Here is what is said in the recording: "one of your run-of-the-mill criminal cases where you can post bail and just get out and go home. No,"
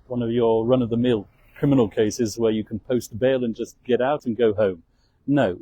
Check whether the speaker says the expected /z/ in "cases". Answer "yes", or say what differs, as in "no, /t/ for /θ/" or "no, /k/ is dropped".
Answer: yes